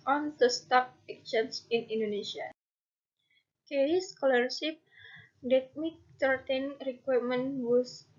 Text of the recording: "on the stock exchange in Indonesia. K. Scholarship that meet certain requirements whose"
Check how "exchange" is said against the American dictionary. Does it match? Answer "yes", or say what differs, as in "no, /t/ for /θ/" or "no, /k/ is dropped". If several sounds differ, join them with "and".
no, /s/ is dropped